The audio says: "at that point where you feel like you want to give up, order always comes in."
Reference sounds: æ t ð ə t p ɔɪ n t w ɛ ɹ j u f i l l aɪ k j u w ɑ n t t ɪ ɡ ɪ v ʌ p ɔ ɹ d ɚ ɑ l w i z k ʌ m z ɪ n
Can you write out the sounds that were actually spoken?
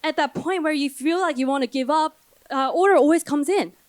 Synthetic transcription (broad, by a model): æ t ð ə t p ɔɪ n t w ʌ ɹ j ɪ f i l l aɪ k j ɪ w ɑ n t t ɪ ɡ ɪ v ʌ p ɔ ɹ d ɚ ɑ l w i z k ʌ m z ɪ n